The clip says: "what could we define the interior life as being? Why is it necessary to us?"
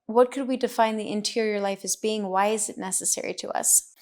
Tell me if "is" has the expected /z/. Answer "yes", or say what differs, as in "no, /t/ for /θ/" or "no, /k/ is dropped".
yes